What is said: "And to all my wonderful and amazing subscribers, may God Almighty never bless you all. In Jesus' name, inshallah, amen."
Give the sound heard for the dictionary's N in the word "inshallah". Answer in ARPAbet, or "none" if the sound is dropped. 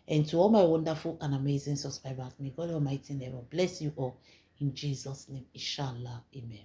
none